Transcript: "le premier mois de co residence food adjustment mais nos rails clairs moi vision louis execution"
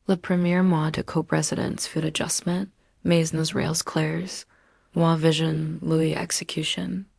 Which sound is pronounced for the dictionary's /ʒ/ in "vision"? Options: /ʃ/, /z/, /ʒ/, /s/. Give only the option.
/ʒ/